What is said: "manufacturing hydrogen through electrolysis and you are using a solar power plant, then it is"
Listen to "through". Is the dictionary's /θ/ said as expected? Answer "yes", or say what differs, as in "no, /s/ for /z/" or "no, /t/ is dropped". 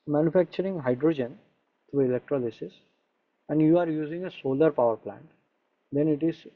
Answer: no, /t/ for /θ/